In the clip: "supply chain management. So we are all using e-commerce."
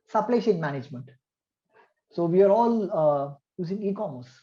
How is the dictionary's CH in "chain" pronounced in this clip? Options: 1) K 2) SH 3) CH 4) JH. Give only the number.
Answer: 2